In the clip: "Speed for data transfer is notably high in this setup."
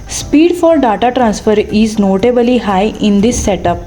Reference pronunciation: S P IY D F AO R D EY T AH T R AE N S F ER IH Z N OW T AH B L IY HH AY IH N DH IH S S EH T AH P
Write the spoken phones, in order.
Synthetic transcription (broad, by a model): S P IY D F AO R D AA T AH T R AE N S F ER IH Z N OW T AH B L IY HH AY IH N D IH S S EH T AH P